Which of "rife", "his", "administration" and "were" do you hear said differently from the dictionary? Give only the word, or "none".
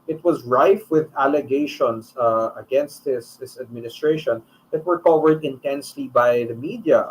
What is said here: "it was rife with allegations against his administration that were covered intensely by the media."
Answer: his